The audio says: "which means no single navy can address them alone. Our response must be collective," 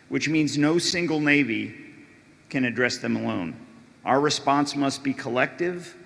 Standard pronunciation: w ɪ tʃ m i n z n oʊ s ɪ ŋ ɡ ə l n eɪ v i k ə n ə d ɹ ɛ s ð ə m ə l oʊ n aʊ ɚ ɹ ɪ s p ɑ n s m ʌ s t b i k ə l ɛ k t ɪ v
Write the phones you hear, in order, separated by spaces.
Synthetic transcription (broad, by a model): w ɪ tʃ m i n z n oʊ s ɪ ŋ ɡ l n eɪ v i k ə n ə d ɹ ɛ s ð ə m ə l oʊ n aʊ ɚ ɹ ɪ s p ɑ n s m ʌ s t b i k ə l ɛ k t ɪ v